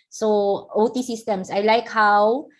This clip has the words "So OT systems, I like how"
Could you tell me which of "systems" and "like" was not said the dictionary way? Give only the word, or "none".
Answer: systems